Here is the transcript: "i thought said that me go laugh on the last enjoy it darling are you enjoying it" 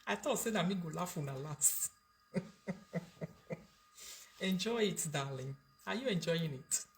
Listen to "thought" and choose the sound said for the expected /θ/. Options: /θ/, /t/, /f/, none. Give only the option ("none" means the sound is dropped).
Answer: /t/